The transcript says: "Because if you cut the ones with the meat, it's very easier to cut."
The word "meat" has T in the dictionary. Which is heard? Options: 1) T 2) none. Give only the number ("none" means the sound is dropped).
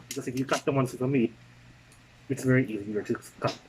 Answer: 2